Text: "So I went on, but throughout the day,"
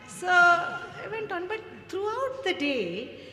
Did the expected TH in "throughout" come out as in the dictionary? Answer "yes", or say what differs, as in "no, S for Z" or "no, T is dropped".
no, T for TH